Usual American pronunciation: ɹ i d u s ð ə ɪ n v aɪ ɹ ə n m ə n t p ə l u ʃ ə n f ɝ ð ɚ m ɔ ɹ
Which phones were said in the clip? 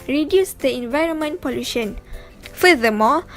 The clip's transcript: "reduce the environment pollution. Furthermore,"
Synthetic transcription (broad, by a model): ɹ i d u s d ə ɪ n v aɪ ɹ ə n m ə n t p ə l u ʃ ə n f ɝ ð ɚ m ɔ